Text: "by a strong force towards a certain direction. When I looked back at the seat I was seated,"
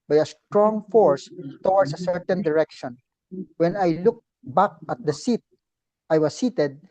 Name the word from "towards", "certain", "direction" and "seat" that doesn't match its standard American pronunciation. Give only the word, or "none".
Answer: towards